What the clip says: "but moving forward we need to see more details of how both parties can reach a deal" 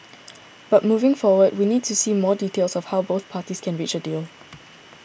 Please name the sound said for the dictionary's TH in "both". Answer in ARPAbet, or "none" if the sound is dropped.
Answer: TH